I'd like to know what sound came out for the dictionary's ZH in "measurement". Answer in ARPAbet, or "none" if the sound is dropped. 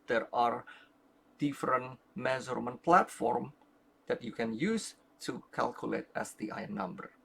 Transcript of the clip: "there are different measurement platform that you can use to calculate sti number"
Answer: Z